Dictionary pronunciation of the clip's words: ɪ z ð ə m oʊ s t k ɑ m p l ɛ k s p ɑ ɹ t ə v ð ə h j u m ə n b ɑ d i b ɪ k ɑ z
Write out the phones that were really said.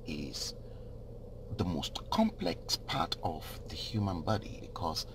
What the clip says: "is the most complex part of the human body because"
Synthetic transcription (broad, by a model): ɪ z ð ə m oʊ s t k ɑ m p l ɛ k s p ɑ ɹ t ə v ð ə h j u m ə n b ɑ d i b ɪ k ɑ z